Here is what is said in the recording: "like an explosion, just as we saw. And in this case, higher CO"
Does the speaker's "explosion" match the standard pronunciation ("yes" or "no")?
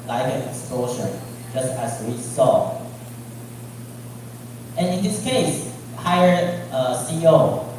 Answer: no